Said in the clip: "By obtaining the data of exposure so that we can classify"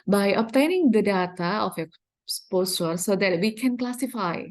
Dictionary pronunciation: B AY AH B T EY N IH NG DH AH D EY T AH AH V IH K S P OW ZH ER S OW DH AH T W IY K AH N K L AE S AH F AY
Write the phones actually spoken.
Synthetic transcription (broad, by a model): B AY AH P T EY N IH NG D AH D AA T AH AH F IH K S P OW S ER S OW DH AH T W IY K AH N K L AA S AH F AY